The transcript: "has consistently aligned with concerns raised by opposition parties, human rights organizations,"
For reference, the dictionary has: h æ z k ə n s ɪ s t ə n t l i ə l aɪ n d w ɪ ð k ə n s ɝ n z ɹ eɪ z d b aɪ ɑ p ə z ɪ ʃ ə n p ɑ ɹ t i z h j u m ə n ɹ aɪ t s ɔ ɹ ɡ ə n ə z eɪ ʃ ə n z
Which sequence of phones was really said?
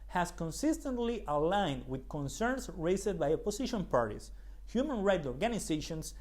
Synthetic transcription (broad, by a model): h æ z k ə n s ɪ s t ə n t l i ə l aɪ n d w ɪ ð k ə n s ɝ n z ɹ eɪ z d b aɪ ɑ p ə s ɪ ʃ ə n p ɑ ɹ t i s h j u m ə n ɹ aɪ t ɔ ɹ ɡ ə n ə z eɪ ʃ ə n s